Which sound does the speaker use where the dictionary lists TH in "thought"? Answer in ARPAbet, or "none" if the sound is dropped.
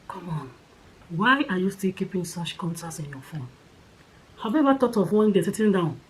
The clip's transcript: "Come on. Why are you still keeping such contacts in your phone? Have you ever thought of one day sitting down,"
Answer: T